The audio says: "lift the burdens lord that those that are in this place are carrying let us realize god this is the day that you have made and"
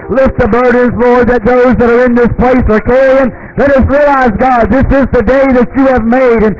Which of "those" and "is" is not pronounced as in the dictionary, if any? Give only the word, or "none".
none